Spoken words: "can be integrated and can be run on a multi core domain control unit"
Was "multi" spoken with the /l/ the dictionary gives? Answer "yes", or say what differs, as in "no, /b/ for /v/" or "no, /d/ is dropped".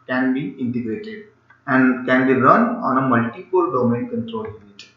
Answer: yes